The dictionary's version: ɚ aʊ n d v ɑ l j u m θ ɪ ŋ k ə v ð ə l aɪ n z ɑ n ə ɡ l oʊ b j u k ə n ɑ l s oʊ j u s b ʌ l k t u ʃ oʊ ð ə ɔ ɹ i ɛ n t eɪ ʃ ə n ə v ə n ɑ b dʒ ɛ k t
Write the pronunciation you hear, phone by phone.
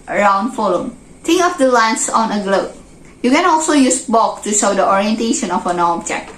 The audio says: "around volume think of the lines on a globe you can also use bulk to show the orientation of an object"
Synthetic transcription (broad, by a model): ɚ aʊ n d f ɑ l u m t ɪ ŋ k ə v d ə l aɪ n s ɑ n ə ɡ l oʊ b j u k ə n ɑ l s oʊ j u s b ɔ k t u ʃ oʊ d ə ɔ ɹ i ɛ n t eɪ ʃ ə n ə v ə n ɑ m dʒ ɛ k